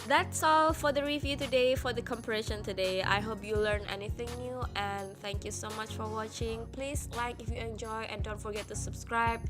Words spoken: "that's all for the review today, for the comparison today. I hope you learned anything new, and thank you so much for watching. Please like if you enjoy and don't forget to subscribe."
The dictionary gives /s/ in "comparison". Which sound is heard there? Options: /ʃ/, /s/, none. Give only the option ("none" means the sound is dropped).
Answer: /ʃ/